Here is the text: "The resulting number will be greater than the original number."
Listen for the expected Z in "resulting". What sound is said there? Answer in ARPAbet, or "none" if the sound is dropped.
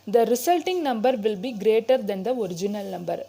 S